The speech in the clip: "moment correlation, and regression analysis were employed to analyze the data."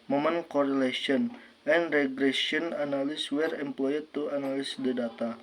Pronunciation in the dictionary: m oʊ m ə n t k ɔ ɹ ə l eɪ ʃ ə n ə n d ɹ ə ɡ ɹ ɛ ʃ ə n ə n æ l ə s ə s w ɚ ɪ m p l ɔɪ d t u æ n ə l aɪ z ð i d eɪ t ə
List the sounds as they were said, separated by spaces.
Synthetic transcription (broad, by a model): m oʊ m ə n k ɔ ɹ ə l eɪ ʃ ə n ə n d ɹ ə ɡ ɹ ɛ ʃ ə ə n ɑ n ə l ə s w ɚ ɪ m p l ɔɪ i t u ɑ n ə l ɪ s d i d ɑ t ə